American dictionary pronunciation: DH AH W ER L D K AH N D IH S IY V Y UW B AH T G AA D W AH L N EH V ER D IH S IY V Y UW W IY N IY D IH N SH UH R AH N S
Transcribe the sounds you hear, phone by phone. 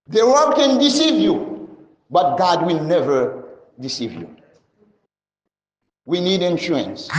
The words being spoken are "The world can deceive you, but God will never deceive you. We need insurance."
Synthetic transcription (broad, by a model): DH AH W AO D K AH N D IH S IY V Y UW B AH T G AA D W AH L N EH V ER D IH S IY V Y UW W IY N IY D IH N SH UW R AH N S